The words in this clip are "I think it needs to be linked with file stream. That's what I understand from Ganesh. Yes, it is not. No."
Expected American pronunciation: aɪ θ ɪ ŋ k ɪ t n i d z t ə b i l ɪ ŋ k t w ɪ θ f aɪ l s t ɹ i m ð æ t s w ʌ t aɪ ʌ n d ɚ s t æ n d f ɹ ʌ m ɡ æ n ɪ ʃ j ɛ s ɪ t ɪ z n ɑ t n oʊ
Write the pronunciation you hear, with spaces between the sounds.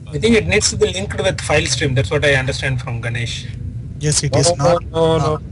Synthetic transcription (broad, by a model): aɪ t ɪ ŋ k ɪ t n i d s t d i l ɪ ŋ k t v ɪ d f aɪ l s t ɹ i m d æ t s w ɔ t aɪ ʌ n d ɚ s t æ n d f ɹ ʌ m ɡ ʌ n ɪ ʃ j ɛ s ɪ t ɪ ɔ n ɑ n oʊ